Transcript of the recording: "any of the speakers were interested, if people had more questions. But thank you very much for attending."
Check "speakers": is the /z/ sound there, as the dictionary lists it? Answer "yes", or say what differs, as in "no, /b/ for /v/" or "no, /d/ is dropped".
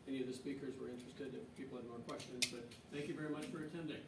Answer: yes